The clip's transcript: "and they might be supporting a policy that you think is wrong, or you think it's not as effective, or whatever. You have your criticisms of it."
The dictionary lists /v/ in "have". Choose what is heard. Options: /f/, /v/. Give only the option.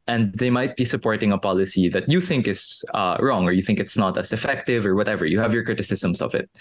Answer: /v/